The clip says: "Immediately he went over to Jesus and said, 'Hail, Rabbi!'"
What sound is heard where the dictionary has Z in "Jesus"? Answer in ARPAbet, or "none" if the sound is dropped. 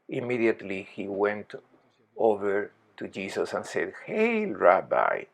S